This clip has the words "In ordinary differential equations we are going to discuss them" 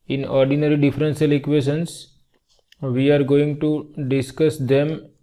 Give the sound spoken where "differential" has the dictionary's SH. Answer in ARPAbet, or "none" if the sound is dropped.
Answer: S